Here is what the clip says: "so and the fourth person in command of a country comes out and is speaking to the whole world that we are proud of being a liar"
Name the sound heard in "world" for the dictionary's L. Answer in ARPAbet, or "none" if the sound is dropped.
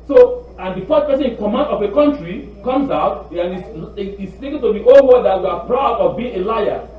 none